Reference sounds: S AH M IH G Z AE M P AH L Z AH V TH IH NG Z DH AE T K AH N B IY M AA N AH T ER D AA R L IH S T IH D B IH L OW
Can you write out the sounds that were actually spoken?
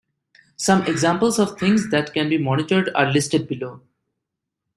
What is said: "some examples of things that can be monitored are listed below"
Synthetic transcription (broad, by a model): S AH M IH G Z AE M P AH L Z AH V T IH NG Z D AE T K AH N B IY M AA N AH T ER D AA R L IH S T IH D B IH L OW